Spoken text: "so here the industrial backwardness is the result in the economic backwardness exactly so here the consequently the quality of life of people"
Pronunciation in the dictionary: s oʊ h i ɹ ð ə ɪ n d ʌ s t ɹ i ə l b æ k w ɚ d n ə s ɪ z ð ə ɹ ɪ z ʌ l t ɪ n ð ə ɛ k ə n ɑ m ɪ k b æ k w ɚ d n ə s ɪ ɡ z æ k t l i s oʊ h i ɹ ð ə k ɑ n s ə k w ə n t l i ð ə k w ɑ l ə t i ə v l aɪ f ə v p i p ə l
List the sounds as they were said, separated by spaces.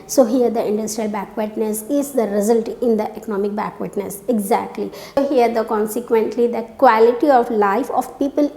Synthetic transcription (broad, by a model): s oʊ h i ɹ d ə ɪ n d ʌ s t ɹ i ə l b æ k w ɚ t n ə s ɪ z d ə ɹ ɪ z ʌ l t ɪ n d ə ɛ k ə n ɑ m ɪ k b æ k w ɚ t n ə s ɪ ɡ z æ k t l i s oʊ h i ɹ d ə k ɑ n s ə k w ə n t l i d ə k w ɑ l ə t i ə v l aɪ f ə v p i p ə l